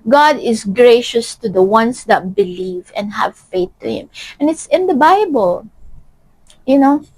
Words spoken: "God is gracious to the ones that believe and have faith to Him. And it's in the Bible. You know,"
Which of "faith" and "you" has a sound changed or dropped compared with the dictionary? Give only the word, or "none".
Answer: none